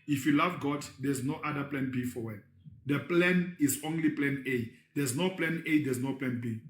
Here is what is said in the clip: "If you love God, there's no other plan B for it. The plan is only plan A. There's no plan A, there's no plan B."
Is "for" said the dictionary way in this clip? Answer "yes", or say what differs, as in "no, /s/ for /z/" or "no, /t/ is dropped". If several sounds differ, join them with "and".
no, /w/ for /ɹ/